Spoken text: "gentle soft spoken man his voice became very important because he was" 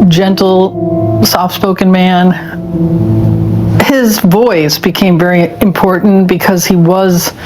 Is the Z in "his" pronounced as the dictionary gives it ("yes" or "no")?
yes